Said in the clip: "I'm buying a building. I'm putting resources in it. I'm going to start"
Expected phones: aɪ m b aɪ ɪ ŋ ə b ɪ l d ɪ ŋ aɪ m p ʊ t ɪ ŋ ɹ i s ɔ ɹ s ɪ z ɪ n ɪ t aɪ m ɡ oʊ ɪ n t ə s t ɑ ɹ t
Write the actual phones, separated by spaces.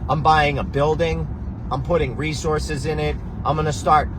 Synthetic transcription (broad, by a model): aɪ m b aɪ ɪ ŋ ə b ɪ l d ɪ ŋ aɪ m p ʊ t ɪ ŋ ɹ i s ɔ ɹ s ɪ z ɪ n ɪ t aɪ m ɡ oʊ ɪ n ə s t ɑ ɹ t